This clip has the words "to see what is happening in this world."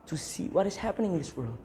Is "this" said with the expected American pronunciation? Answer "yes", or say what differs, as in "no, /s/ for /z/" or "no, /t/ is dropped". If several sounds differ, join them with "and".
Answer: yes